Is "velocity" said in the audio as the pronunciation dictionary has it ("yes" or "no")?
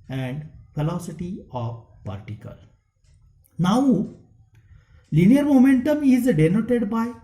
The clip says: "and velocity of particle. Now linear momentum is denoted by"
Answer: no